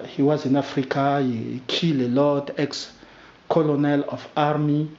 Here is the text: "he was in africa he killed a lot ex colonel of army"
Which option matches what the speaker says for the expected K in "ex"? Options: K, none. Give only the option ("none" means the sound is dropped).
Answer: K